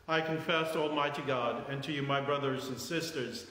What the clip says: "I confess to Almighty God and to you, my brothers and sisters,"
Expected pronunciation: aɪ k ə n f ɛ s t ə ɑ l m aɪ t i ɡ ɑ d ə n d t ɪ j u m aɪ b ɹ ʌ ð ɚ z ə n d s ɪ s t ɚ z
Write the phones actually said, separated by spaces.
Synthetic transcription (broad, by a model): aɪ k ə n f ɛ s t ɑ l m aɪ t i ɡ ɑ d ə n t ɪ j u m aɪ b ɹ ʌ ð ɚ z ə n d s ɪ s t ɚ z